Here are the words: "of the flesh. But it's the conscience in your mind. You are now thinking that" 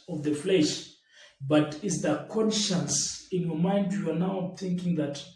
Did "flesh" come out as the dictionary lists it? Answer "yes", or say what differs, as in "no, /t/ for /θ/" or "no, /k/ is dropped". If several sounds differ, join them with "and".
yes